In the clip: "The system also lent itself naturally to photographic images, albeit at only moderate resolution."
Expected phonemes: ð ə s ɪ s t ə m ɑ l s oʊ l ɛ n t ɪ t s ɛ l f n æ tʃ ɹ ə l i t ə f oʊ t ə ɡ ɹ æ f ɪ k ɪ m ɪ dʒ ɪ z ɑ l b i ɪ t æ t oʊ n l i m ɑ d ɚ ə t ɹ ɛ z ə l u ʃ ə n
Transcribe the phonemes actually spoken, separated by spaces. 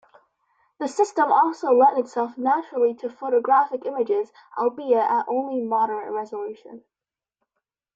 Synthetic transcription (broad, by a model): ð ə s ɪ s t ə m ɑ l s oʊ l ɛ t ɪ t s ɛ l f n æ tʃ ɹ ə l i t ə f oʊ t ə ɡ ɹ æ f ɪ k ɪ m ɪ dʒ ɪ z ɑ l b i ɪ t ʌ t oʊ n l i m ɑ d ɚ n ɹ ɛ z ə l u ʃ ə n